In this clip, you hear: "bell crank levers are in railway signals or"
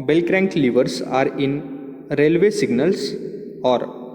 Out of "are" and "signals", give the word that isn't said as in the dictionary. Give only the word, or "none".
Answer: signals